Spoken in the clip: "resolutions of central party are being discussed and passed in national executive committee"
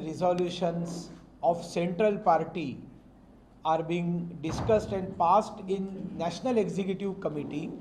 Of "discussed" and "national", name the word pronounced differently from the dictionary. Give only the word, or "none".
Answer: none